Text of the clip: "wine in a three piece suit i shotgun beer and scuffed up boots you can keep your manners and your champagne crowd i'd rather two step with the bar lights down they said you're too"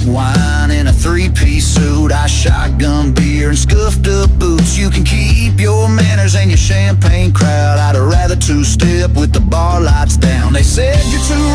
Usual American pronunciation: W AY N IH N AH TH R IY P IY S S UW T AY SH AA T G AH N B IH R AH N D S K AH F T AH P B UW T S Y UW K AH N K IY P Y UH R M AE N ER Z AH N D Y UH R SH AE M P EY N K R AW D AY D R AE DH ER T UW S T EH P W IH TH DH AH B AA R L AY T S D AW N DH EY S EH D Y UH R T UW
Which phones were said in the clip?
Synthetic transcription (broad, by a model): W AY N IH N AH TH R IY P IY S S UW T AY SH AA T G AH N B IH R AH N S K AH F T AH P B UW T S Y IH K AH N K IY P Y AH R M AE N ER Z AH N Y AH R SH AE M P EY N K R AW D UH D R AE DH ER T UW S T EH P W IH DH AH B AA R L AY T S D AW N DH EY S EH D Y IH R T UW